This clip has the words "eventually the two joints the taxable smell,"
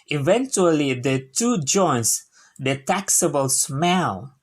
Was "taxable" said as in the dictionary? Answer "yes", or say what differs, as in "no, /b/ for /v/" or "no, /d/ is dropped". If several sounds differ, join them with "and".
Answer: yes